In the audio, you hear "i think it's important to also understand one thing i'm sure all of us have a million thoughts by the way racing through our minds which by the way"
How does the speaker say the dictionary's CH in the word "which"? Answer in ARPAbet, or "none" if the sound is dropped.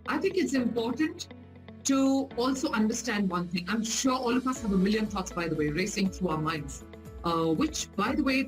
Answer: CH